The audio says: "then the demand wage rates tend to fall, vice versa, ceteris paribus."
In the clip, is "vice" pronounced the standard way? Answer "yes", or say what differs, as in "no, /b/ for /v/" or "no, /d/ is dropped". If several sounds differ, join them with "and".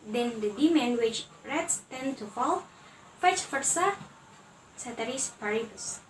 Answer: no, /f/ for /v/